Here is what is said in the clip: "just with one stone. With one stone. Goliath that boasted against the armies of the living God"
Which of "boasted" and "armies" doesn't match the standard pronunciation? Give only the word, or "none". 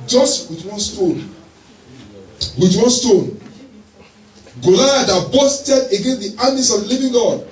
armies